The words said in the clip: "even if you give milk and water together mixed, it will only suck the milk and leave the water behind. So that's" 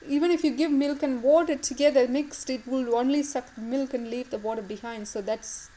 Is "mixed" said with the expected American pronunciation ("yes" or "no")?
yes